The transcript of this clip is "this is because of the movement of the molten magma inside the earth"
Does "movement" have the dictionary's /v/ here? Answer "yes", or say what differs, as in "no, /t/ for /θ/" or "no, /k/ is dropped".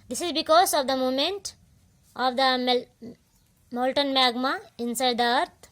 no, /v/ is dropped